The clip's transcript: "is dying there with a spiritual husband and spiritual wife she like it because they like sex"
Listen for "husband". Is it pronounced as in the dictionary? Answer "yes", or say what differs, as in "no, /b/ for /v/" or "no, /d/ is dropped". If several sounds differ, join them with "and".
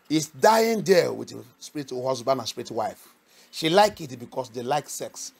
no, /s/ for /z/